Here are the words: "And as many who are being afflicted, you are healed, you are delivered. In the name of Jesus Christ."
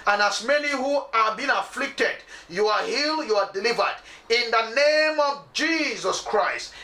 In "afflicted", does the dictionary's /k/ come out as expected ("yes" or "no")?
yes